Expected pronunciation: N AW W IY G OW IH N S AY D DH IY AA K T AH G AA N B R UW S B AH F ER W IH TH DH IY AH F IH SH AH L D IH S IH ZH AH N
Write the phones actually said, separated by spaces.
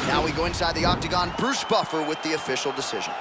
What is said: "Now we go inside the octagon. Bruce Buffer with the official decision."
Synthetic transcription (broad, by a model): N AW W IY G OW IH N S AY D DH IY AA K T AH G AA N B R UW S B AH F ER W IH DH IY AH F IH SH L D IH S IH ZH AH N